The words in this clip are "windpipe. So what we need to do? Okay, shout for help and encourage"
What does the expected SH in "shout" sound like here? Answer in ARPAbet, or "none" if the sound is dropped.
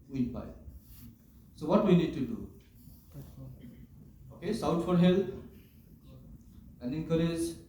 S